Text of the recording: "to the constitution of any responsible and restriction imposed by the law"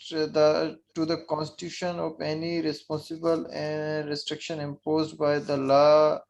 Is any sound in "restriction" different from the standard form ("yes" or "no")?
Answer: no